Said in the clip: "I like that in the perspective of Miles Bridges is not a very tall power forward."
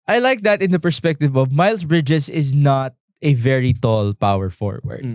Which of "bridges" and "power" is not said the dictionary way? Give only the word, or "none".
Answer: bridges